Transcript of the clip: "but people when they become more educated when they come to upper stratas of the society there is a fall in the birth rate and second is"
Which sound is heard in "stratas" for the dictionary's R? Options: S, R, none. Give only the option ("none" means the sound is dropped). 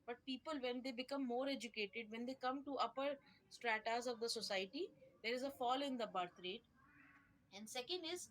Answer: R